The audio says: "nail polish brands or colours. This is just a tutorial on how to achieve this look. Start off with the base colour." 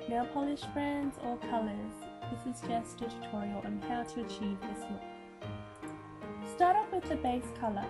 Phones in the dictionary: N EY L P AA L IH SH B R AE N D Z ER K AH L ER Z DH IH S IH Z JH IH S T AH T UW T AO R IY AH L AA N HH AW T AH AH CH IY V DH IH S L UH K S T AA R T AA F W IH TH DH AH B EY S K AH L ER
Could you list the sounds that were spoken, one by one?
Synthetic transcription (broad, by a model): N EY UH P AA L IH SH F R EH N D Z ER K AH L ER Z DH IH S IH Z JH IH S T AH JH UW T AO R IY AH L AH N HH AW T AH AH CH IY V DH IH S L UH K S T AA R T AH P W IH DH AH B EY S K AH L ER